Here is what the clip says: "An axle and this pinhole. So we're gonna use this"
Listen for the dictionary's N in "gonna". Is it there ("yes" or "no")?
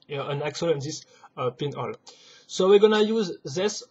yes